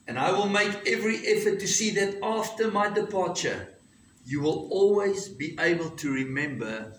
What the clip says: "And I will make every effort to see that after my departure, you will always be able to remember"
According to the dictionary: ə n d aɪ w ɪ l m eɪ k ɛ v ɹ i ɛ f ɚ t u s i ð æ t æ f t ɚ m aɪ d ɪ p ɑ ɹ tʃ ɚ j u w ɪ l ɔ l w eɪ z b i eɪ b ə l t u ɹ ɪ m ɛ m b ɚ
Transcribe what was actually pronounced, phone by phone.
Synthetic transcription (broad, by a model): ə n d aɪ w ɪ l m eɪ k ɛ v ɹ i ɛ f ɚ t u s i ð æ t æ f t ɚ m aɪ d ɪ p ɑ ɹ tʃ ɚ j u w ɪ l ɔ l w eɪ z b i eɪ b ə l t u ɹ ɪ m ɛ m b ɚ